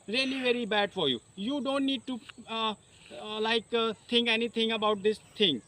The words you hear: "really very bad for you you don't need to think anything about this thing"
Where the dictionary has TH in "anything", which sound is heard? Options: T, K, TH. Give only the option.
T